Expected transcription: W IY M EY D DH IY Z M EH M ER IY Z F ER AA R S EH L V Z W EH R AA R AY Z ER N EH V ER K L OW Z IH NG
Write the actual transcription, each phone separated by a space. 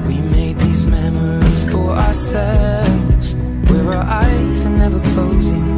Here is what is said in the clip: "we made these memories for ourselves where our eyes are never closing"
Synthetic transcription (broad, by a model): W IY M EY D DH IY Z M EH M ER IY Z F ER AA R S EH L V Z W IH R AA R AY Z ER N EH V ER K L OW Z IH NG